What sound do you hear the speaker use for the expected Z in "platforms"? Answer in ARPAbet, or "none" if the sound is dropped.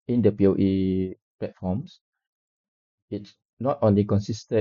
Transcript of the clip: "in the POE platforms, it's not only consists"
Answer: S